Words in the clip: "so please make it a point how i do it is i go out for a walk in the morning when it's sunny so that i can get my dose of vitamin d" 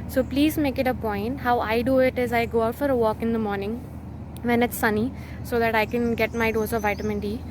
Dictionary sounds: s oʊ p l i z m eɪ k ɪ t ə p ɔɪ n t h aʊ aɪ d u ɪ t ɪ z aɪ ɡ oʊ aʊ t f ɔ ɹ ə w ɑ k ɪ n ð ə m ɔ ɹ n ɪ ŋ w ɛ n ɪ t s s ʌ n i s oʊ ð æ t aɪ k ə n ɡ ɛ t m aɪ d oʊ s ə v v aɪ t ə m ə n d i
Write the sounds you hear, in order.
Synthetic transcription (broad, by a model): s oʊ p l i z m eɪ k ɪ t ə p ɔɪ n t h aʊ aɪ d u ɪ t ɪ z aɪ ɡ oʊ aʊ t f ɔ ɹ ə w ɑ k ɪ n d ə m ɔ ɹ n ɪ ŋ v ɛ n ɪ t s s ʌ n i s oʊ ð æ t aɪ k ə n ɡ ɛ t m aɪ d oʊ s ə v v aɪ t ə m ə n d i